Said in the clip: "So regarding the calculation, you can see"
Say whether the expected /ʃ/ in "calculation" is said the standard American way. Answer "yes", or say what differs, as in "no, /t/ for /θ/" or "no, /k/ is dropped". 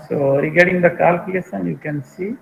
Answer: no, /s/ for /ʃ/